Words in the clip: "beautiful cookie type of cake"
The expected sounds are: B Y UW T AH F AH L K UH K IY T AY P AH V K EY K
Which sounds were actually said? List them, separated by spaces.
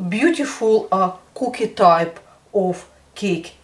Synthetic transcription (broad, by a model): B Y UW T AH F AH L K UH K IY T AY P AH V K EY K